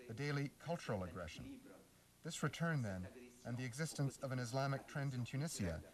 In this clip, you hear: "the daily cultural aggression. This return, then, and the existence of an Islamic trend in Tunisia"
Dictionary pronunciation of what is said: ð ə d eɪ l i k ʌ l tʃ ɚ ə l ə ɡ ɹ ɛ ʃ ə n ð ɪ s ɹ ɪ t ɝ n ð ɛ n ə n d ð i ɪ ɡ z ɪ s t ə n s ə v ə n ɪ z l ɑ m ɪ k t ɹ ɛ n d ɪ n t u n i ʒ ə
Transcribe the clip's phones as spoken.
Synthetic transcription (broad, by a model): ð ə d eɪ l i k ʌ l tʃ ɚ l ə ɡ ɹ ɛ ʃ ə n ð ɪ s ɹ ɪ t ɝ n ð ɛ n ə n ð i ɪ ɡ z ɪ s t ə n s ə v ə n ɪ z l ɑ m ɪ k t ɹ ɛ n d ɪ n t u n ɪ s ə